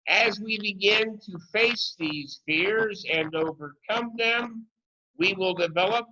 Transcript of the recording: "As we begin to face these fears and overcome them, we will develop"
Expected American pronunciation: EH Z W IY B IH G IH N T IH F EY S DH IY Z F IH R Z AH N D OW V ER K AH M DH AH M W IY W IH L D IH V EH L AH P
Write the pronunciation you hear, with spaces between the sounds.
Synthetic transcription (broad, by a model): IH Z W IY B IH G IH N T IH F EY S DH IY Z F IH R Z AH N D OW V ER K AH M DH AH M W IY W IH L D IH V EH L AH P